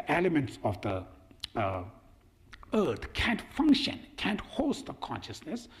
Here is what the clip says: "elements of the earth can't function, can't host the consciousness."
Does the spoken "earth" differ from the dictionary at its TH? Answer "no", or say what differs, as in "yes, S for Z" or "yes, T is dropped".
yes, T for TH